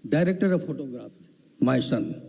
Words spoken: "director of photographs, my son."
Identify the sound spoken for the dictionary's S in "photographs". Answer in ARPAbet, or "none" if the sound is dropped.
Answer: none